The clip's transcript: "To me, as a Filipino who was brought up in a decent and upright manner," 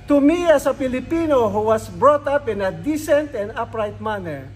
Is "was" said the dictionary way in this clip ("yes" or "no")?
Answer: no